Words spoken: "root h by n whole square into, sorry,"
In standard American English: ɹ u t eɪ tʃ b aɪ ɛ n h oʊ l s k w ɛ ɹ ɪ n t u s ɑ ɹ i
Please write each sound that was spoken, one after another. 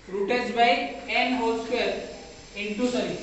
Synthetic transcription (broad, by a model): ɹ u t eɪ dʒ b aɪ ɛ n h oʊ l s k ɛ l ɪ n t u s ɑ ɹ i